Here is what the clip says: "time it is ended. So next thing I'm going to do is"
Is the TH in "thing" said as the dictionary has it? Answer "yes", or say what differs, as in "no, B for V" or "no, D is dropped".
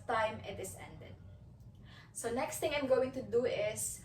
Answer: no, T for TH